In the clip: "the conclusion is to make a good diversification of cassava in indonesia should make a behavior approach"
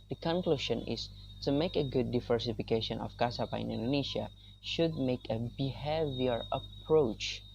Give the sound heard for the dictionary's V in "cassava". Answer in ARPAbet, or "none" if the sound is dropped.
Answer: P